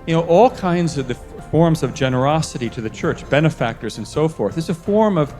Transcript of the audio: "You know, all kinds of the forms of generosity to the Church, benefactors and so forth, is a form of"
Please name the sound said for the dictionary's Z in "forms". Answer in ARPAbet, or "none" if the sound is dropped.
Z